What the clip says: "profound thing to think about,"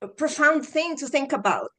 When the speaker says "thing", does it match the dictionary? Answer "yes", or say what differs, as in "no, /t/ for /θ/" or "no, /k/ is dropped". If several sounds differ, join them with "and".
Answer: yes